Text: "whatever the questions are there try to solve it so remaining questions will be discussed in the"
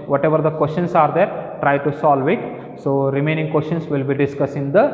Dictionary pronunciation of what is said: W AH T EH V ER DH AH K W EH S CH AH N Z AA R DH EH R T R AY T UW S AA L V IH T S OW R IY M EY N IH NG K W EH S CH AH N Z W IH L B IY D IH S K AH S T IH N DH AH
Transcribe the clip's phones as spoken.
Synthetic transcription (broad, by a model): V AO T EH V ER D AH K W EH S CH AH N S AA R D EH R T R AY T UW S AA L V IH T S OW R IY M EY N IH NG K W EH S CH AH N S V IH L B IY D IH S K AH S IH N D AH